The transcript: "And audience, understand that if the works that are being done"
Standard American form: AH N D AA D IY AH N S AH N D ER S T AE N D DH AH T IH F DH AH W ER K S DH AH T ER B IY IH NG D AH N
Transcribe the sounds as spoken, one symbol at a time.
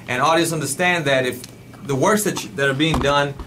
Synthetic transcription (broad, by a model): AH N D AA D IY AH S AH N D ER S T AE N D DH AH T IH F DH AH W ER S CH DH AH T ER B IY IH NG D AH N